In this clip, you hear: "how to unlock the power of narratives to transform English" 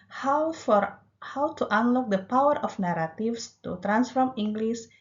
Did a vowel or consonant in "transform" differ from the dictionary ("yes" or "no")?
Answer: no